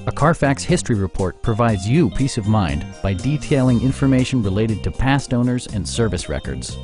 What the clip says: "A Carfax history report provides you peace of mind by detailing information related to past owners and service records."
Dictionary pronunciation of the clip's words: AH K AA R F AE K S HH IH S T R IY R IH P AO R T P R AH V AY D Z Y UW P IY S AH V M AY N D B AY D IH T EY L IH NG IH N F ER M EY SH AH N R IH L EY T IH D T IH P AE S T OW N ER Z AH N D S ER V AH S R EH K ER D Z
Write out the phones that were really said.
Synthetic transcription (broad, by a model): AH K AA R F AE K S HH IH S T R IY R IH P AO R T P R AH V AY D Z Y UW P IY S AH V M AY N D B AY D IH T EY L IH NG IH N F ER M EY SH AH N R IH L EY T IH D T IH P AE S T OW N ER Z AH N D S ER V AH S R EH K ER D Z